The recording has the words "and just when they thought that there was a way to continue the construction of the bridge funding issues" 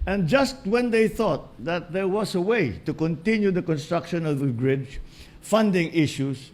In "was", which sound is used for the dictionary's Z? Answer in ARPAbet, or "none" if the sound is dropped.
S